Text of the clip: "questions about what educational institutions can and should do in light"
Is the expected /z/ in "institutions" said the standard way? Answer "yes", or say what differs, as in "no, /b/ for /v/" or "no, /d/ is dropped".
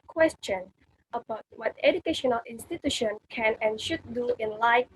no, /z/ is dropped